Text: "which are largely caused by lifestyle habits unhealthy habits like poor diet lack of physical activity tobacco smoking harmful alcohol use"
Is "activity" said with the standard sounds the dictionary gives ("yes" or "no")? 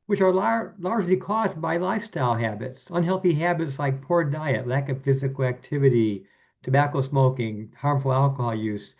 yes